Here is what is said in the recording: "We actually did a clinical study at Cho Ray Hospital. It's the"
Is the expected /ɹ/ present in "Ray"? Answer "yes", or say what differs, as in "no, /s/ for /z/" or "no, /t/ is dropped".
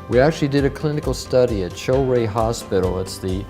yes